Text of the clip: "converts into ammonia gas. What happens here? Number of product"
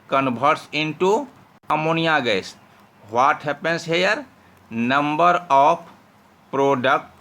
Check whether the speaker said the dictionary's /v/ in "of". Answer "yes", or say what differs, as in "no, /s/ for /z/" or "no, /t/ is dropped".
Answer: no, /p/ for /v/